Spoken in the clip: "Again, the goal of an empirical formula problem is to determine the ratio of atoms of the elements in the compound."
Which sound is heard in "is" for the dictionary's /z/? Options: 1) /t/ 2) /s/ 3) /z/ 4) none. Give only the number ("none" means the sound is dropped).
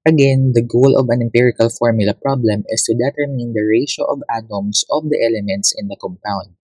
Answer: 2